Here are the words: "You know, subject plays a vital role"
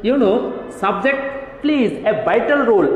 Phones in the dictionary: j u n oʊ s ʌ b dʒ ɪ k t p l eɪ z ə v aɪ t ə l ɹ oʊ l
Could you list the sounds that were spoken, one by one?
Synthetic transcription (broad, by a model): j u n oʊ s ʌ b dʒ ɪ k t p l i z ə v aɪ t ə l ɹ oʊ l